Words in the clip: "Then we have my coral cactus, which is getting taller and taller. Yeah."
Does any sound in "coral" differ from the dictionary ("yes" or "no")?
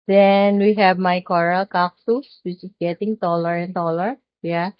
no